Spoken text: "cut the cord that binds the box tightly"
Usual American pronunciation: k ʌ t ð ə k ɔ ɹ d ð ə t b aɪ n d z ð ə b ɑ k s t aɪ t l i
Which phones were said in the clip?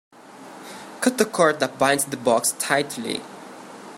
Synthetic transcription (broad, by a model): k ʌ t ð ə k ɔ ɹ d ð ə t b aɪ n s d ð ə b ɑ k s t aɪ t l i